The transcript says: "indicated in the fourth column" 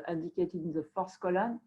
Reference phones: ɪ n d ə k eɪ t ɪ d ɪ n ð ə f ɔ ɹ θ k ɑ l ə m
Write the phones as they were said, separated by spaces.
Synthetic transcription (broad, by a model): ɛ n d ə k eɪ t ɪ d ɪ n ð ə f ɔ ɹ s k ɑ l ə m